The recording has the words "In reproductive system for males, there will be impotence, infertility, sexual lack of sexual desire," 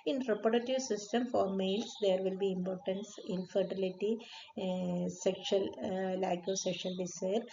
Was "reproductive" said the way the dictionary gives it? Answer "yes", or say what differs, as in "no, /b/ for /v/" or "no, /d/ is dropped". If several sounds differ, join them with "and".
no, /ɹ/ is dropped and /k/ is dropped